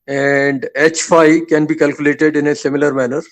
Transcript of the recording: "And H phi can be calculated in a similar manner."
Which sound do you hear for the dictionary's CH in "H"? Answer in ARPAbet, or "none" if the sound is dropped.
CH